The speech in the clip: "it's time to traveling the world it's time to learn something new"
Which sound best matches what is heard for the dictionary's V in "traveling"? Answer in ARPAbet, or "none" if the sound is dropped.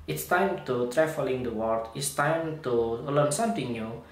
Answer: F